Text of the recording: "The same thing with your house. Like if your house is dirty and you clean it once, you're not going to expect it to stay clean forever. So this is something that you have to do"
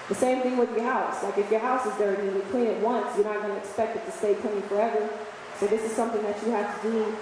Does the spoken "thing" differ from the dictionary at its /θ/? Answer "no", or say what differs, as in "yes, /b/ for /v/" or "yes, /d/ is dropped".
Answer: no